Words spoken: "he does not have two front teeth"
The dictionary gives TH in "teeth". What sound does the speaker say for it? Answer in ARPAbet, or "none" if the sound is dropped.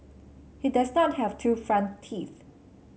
TH